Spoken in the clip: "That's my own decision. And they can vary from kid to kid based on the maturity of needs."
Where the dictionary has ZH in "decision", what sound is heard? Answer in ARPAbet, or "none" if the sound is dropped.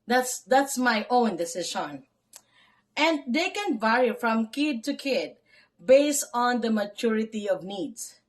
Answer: SH